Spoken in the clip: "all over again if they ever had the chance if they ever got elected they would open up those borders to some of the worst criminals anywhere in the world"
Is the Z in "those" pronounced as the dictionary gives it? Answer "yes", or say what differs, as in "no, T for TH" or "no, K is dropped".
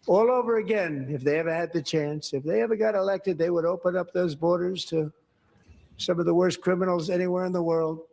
yes